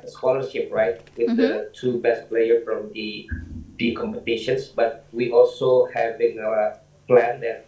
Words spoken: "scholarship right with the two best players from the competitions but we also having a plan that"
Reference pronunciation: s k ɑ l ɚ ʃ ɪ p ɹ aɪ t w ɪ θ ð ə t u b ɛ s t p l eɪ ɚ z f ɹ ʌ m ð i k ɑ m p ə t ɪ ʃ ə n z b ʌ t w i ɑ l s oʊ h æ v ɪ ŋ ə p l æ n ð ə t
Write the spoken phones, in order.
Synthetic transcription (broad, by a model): s k ɑ l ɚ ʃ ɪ p ɹ aɪ t w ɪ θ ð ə t u b ɛ s t p l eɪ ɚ f ɹ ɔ m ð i k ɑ m p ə t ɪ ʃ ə n s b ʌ t w i ɑ l s oʊ h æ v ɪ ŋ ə p l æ n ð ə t